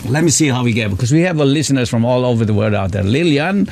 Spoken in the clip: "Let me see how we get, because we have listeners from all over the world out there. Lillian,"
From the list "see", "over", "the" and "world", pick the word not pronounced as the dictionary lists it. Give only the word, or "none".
world